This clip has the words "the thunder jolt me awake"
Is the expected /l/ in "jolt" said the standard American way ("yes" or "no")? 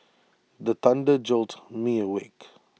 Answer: yes